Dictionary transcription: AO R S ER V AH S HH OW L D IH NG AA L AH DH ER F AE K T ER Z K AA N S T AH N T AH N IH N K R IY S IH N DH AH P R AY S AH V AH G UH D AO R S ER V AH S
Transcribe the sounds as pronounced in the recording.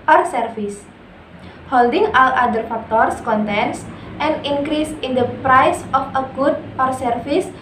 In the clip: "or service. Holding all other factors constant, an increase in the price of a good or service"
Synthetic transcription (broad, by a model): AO R S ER F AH S HH OW L D IH NG AA L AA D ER F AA K T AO S K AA N T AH N T AH N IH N K R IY S IH N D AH P R AY S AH F AH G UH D AO R S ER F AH S